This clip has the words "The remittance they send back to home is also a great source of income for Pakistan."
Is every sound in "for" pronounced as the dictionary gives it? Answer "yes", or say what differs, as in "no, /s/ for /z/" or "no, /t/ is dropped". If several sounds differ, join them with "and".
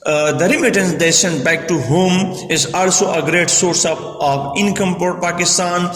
no, /p/ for /f/